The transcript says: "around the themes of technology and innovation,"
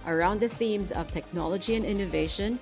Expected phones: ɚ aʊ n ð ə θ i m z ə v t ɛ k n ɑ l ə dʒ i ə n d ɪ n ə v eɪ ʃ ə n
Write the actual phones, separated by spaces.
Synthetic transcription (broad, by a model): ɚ aʊ n ð ə θ i m z ə v t ɛ k n ɑ l ə dʒ i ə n ɪ n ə v eɪ ʃ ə n